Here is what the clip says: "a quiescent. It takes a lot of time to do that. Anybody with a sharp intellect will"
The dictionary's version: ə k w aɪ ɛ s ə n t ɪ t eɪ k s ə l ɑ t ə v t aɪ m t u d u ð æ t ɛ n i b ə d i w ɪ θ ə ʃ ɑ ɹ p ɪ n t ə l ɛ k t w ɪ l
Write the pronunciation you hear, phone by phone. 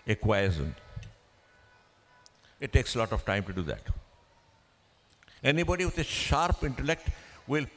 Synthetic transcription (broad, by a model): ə k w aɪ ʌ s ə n ɪ t eɪ k s ə l ɑ t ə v t aɪ m t u d u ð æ t ɛ n i b ə d i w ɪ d ə ʃ ɑ ɹ p ɪ n t ə l ɛ k t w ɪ l